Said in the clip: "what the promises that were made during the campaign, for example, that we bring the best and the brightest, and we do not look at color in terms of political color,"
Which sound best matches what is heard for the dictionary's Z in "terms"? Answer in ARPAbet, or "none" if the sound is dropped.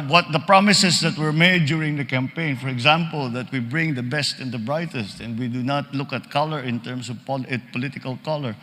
S